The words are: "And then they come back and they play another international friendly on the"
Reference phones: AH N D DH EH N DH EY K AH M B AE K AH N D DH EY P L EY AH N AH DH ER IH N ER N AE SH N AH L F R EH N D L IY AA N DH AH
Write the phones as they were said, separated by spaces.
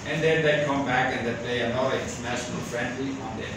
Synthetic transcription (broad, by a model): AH N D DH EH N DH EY K AH M B AE K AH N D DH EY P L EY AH AH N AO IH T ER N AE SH N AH L F R EH N D L IY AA N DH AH